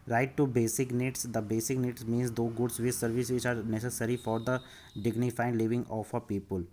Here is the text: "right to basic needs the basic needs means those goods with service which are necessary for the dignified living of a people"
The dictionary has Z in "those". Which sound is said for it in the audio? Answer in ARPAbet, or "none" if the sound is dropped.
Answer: none